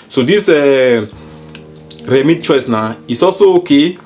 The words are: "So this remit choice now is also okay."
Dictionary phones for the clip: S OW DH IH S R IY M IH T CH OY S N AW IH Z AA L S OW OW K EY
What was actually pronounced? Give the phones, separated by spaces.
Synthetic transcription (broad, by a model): S OW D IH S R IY M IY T CH OY S N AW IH S AA L S OW OW K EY